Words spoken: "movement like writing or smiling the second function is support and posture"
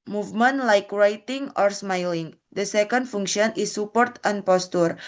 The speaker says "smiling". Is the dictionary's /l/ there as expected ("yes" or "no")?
yes